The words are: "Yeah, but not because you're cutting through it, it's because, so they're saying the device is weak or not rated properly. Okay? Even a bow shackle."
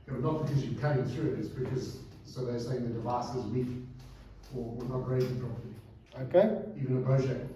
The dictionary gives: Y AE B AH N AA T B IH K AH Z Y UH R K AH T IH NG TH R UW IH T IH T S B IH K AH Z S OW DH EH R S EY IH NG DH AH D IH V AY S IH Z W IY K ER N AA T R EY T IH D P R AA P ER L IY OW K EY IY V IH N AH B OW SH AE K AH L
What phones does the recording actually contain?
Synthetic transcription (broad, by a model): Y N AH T B IH K AH Z Y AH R K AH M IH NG TH R UW IH T IH T S B IH K AH Z S OW DH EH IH S EY IH NG DH AH D IH V AY S IH Z W IY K ER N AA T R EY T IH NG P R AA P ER IY OW K EY IY V IH N AH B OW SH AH